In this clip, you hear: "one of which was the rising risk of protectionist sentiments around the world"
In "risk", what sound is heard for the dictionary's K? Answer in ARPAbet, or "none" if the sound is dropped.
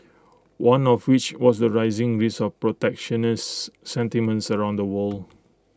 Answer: none